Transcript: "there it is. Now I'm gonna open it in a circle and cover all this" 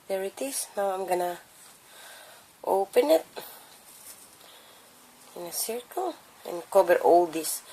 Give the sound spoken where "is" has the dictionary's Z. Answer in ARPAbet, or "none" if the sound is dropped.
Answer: S